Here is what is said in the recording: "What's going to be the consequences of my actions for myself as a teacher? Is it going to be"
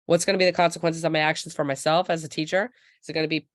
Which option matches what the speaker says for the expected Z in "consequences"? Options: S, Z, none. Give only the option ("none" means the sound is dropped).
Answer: Z